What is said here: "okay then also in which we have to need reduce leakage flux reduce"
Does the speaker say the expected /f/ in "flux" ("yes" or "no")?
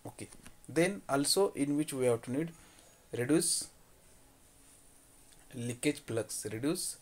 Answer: no